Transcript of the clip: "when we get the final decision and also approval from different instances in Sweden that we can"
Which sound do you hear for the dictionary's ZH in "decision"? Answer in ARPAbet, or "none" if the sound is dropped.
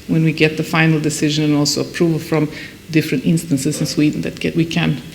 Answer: ZH